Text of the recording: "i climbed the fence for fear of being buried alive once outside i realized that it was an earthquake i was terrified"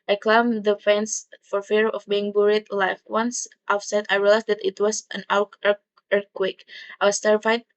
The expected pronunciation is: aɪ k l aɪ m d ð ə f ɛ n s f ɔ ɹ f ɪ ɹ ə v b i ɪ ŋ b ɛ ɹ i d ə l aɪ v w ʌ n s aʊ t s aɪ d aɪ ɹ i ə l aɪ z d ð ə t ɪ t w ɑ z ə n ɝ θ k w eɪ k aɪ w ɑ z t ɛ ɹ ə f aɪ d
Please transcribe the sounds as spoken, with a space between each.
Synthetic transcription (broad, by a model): aɪ k l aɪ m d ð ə f ɛ n s f ɔ ɹ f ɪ ɹ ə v b i ɪ ŋ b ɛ ɹ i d l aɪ f w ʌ n s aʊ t s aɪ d aɪ ɹ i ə l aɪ s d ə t ɪ t w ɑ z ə n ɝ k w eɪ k aɪ w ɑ s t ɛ ɹ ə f aɪ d